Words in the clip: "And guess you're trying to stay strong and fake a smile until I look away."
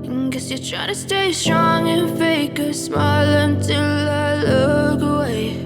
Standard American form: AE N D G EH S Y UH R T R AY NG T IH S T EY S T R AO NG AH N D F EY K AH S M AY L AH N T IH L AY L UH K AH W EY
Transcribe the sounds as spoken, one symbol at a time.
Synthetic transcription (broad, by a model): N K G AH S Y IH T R AY T IH S T EY S T R AO NG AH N F EY K AH S M AY L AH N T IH L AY L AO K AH W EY